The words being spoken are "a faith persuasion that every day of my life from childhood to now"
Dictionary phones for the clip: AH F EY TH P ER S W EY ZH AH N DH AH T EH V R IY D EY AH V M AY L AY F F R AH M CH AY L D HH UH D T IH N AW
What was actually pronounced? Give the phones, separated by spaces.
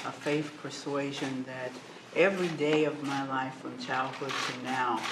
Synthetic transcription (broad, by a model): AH F EY TH P ER S W EY ZH AH N DH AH T EH V R IY D EY AH V M AY L AY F F R AH M CH AY L D HH UH D T IH N AW